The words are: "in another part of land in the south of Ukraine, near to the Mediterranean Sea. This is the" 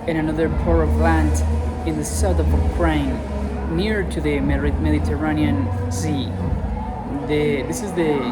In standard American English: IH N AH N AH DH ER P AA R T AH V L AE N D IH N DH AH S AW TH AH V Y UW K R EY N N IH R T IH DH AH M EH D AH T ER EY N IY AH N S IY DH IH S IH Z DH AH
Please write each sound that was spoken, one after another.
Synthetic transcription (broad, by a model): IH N AH N AH DH ER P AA R AH V L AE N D IH N DH AH S AW TH AH V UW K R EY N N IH R T IH DH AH M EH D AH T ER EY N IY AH N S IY DH IH S IH Z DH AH